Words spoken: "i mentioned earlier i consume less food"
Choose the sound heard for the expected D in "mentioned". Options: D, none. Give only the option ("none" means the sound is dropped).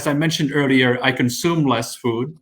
D